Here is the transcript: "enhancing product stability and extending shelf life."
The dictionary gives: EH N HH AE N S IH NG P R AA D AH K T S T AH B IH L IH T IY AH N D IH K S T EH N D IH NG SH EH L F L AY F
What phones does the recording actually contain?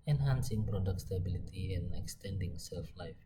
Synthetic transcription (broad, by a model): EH N HH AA N S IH NG P R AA D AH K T S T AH B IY L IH T IY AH N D IH K S T EH N D IH NG S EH L F L AY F